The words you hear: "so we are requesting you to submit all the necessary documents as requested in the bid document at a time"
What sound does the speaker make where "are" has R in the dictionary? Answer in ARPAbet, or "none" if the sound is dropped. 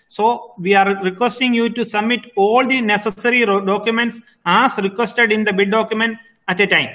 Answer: R